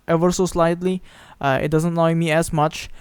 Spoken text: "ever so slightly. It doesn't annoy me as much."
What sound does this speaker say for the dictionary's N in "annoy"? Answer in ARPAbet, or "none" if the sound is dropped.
none